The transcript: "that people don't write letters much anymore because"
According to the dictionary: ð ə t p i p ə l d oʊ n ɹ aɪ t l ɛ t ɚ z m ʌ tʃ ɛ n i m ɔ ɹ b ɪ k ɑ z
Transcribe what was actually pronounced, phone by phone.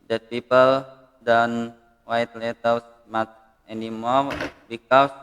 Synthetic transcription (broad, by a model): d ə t p i p ə l d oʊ n w aɪ t l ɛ t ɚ s m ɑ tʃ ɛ n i m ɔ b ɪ k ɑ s